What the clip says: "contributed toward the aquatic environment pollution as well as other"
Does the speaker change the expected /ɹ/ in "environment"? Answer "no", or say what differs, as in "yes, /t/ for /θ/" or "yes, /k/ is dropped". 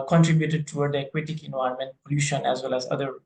yes, /ɹ/ is dropped